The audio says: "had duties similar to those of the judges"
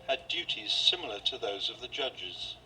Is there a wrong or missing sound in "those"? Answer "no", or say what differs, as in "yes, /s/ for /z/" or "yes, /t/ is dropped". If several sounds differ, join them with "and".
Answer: no